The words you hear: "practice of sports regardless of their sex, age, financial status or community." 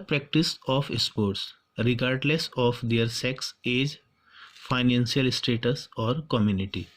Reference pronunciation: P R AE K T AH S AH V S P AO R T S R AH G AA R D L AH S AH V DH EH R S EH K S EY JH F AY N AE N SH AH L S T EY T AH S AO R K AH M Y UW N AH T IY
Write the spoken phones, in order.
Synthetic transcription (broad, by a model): P R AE K T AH S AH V S P AO R T S R AH G AA R D L AH S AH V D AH R S EH K S EY JH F AY N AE N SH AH L S T EY T AH S AO R K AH M Y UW N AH T IY